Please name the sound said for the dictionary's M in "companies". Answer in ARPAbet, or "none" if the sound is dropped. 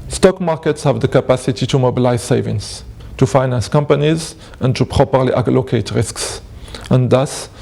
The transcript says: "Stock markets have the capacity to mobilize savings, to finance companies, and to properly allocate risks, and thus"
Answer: M